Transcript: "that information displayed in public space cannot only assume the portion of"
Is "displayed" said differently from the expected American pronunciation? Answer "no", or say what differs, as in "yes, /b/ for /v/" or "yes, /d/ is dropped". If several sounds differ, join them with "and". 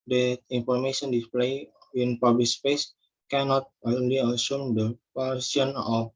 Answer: no